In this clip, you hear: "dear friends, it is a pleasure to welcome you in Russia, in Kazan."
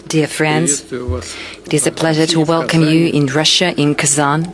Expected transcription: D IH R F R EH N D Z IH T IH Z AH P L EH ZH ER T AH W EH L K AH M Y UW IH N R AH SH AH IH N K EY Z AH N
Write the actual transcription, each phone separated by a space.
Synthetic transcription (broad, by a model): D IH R F R EH N D Z IH T IH Z AH P L EH ZH ER T AH W EH L K AH M Y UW IH N R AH SH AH IH N K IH Z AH N